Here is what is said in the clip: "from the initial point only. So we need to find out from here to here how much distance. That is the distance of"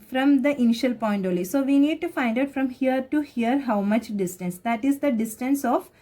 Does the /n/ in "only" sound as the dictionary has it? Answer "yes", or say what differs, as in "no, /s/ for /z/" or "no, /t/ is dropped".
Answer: no, /n/ is dropped